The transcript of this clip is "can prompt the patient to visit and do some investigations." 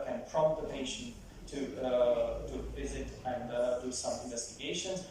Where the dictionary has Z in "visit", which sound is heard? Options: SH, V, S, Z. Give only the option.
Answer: Z